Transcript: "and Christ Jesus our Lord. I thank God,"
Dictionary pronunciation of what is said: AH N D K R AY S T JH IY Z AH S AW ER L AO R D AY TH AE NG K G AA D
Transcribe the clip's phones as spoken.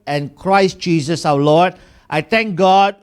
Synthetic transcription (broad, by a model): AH N K R AY S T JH IY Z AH S AW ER L AO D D AY T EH NG K G AA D